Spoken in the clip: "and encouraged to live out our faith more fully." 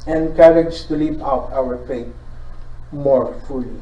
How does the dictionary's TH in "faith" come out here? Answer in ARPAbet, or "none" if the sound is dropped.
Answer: T